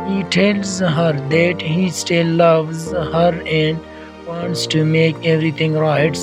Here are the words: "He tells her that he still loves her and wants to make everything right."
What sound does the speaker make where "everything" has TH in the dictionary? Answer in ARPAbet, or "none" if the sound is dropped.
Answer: T